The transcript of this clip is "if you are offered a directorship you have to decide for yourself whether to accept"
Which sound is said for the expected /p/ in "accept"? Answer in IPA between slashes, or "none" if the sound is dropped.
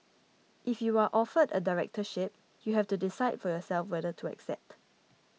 /p/